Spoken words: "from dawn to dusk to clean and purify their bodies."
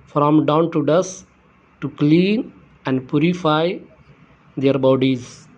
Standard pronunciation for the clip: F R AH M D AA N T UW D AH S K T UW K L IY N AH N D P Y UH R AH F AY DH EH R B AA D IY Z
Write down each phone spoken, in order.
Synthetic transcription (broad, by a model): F R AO M D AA N T UW D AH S T UW K L IY N AH N D P Y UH R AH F AY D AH R B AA D IY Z